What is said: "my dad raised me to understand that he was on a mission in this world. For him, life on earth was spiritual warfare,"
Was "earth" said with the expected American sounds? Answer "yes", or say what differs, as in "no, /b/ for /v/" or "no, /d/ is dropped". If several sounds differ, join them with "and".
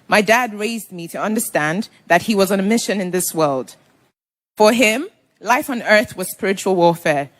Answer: yes